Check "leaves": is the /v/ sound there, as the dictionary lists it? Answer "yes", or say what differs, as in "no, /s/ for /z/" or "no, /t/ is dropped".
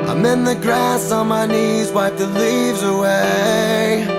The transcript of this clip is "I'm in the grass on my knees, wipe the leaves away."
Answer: yes